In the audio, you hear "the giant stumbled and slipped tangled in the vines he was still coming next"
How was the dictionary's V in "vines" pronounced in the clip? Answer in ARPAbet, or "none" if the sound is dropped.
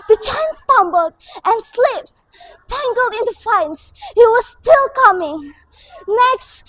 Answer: F